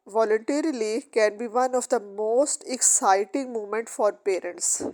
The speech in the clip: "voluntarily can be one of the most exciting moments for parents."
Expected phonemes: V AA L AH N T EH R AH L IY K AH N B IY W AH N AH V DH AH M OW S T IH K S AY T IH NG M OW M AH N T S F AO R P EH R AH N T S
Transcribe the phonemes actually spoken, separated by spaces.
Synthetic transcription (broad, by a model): V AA L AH N T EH R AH L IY K AH N B IY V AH N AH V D AH M OW S T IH K S AY T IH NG M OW M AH N T F AO R P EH R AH N T S